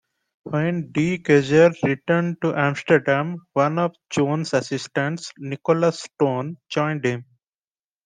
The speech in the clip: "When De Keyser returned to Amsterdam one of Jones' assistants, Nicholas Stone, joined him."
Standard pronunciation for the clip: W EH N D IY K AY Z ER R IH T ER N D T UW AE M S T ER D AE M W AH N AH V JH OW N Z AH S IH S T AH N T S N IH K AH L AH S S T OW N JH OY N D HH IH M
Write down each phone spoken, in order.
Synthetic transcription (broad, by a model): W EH N D IY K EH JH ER R IH T ER N D T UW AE M S T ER D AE M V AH N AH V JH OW N S AH S IH S T AH N T S N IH K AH L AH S S T OW N JH OY N D HH IH M